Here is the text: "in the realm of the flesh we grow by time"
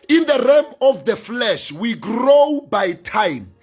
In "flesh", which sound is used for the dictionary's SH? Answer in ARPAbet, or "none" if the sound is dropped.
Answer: SH